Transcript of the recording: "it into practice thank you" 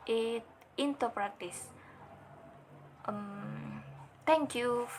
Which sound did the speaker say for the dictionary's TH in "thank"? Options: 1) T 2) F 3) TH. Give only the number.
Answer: 1